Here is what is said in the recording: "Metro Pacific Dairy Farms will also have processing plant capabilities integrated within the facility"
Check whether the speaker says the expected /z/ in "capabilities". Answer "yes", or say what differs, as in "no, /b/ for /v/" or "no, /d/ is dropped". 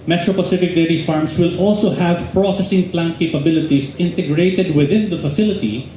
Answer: no, /s/ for /z/